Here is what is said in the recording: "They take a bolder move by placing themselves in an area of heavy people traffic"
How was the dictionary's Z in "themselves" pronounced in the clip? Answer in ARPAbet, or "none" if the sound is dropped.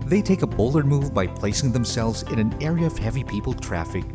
Z